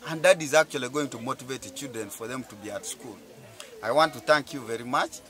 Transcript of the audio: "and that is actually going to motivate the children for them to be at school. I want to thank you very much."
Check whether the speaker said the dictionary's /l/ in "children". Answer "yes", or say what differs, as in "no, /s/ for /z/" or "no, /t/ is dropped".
no, /l/ is dropped